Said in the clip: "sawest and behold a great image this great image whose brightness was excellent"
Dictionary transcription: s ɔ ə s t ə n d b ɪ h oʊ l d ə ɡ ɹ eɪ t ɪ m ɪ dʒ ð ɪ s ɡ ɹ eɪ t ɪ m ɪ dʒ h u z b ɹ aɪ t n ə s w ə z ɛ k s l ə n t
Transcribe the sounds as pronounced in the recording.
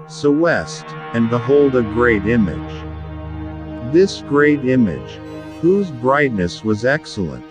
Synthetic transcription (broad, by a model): s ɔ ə s t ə n b ɪ h oʊ l d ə ɡ ɹ eɪ t ɪ m ɪ dʒ ð ɪ s ɡ ɹ eɪ t ɪ m ɪ dʒ h u z b ɹ aɪ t n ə s w ə z ɛ k s l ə n t